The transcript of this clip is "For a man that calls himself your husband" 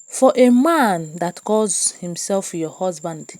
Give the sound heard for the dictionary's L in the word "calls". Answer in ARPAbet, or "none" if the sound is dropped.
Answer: none